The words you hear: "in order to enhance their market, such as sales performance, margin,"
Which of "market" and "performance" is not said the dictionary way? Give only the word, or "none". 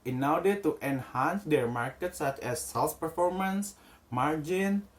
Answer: none